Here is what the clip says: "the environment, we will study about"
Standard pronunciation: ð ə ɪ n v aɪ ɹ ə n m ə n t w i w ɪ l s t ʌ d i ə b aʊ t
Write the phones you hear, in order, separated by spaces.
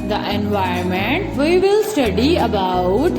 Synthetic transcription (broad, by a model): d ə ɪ n v aɪ ə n m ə n t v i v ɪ l s t ʌ d i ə b aʊ t